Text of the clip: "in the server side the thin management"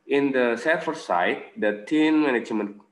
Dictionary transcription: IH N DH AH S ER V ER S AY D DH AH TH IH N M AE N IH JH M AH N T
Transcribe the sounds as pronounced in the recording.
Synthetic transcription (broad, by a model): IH N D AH S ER F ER S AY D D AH T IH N M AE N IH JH M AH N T